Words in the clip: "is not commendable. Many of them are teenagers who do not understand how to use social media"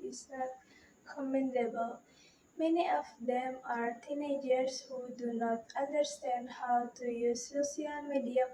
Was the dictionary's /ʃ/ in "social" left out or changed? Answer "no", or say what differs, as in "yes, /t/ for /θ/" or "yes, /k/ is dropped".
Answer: yes, /ʃ/ is dropped